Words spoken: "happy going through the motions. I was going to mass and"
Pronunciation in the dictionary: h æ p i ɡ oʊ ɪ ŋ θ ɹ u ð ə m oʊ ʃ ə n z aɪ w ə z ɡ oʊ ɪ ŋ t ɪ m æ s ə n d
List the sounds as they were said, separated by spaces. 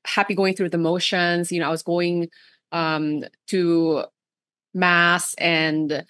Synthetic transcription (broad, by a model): h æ p i ɡ oʊ ɪ ŋ θ ɹ u ð ə m oʊ ʃ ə n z aɪ w ə z ɡ oʊ ɪ ŋ t ɪ m æ s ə n